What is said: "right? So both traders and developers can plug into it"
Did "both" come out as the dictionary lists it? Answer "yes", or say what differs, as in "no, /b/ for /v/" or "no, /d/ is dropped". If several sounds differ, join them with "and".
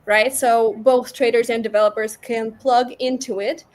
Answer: yes